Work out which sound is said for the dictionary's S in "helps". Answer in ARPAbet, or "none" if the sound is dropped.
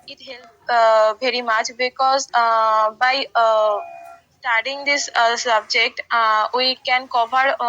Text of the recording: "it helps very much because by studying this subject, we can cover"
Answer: none